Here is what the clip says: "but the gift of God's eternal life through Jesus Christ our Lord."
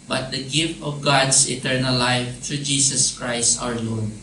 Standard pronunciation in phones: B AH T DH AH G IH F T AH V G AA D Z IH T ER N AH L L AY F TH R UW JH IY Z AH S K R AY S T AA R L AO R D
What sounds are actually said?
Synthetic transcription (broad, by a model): B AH T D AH G IH F T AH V G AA D S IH T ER N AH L L AY F T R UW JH IY S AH S K R AY S T AA R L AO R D